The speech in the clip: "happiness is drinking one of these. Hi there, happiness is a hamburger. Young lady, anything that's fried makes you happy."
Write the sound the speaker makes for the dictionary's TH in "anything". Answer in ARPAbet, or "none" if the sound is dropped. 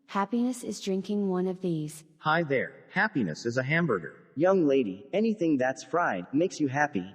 TH